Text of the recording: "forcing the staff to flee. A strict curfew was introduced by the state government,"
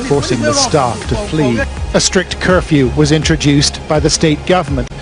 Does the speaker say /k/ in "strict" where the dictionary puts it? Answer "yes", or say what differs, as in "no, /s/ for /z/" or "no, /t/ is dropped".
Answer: yes